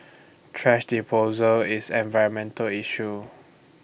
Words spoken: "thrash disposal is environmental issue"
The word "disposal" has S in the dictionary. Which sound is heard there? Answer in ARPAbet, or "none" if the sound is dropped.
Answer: none